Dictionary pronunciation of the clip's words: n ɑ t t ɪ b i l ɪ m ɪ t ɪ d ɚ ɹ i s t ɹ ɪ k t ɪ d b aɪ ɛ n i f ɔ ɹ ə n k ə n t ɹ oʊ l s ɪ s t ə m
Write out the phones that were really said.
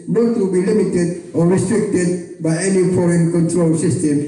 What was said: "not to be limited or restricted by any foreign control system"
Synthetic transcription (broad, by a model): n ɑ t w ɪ b i l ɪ m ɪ t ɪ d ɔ ɹ i s t ɹ ɪ k t ɪ d b aɪ ɛ n i f ɔ ɹ ə n k ə n t ɹ oʊ l s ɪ s t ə m